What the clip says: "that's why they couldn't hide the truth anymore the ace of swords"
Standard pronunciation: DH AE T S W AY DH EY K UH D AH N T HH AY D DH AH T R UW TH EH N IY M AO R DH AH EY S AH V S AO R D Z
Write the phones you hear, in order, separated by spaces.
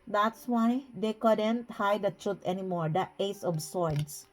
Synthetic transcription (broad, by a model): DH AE T S W AY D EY K UH D AH N T HH AY D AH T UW T EH N IY M AO R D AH EY S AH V S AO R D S